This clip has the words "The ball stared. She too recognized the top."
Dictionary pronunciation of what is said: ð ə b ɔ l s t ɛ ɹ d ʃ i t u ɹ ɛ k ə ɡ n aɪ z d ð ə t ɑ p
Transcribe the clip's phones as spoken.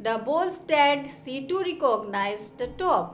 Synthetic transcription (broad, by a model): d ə b ɔ l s t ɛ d s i t u ɹ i k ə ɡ n aɪ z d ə t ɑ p